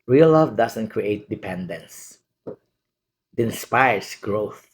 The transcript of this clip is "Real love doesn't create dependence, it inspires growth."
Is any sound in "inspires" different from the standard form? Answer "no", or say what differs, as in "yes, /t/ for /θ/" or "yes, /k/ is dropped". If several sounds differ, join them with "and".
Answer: yes, /s/ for /z/